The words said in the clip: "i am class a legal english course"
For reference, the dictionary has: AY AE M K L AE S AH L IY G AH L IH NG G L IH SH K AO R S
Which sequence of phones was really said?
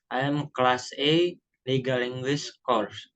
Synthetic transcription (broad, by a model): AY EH M K L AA S AH L IY G AH L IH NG G W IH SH K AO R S